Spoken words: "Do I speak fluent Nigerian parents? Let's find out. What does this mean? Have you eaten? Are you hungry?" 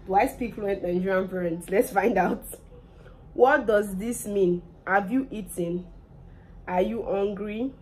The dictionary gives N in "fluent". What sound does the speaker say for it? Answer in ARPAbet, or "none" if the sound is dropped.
N